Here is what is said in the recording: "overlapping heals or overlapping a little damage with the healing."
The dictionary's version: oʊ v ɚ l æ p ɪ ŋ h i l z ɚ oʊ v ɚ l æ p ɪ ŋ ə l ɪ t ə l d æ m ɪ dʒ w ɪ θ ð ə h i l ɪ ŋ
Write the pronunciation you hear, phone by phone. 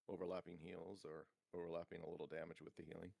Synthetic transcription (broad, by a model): oʊ v ɚ l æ p ɪ ŋ h i l z ɚ oʊ v ɚ l æ p ɪ ŋ ə l ɪ t l d æ m ɪ dʒ w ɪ ð ə h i l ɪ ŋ